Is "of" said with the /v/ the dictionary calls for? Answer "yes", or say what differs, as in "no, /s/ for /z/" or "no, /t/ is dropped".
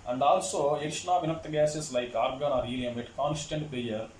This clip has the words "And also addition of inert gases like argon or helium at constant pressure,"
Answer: yes